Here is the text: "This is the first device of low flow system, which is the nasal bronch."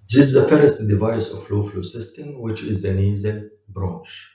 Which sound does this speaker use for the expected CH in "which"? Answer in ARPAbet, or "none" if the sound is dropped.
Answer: CH